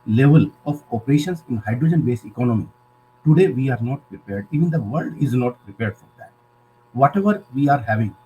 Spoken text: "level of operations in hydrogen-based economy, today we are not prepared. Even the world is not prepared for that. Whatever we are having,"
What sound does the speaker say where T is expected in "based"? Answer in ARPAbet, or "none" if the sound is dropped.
none